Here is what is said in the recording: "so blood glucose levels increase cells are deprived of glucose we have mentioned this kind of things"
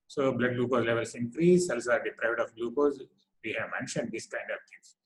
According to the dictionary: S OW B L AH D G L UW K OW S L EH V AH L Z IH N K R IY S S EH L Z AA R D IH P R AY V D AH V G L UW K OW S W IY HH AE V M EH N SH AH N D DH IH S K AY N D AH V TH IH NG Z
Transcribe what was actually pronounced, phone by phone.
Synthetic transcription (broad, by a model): S OW B L AH D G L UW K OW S L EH V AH L S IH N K R IY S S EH L S AA R D IH P R AY V D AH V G L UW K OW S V IY HH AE V M EH N SH AH N D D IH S K AY N D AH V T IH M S